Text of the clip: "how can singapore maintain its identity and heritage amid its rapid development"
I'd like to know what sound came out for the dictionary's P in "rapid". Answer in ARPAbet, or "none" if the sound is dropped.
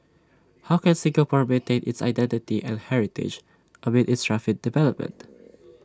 F